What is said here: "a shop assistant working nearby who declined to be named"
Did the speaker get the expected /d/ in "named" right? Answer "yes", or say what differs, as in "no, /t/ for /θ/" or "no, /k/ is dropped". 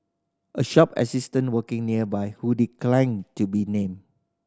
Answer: no, /d/ is dropped